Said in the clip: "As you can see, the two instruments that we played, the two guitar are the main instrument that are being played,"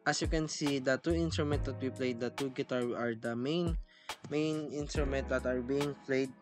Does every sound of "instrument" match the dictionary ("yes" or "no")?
yes